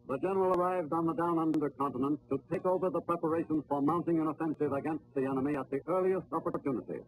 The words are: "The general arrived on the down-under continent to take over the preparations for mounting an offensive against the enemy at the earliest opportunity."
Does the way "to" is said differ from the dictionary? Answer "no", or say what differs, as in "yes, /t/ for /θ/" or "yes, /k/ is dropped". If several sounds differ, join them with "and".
no